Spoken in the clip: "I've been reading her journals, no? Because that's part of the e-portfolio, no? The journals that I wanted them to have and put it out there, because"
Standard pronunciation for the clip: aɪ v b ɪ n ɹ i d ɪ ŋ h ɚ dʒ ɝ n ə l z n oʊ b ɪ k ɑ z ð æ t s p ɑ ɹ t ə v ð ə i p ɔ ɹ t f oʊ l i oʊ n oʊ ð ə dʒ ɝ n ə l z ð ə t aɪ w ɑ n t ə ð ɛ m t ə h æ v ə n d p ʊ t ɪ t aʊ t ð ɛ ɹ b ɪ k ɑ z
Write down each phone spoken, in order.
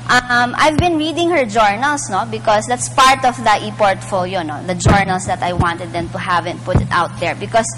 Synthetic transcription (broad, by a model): aɪ v b ɪ n ɹ i d ɪ ŋ h ɚ dʒ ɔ n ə l s n oʊ b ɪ k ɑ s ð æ t s p ɑ ɹ t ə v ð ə i p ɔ ɹ t f oʊ l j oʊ n oʊ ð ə dʒ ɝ n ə l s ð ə t aɪ w ɑ n t ə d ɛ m t ə h æ v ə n p ʊ t ɪ t aʊ t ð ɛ ɹ b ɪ k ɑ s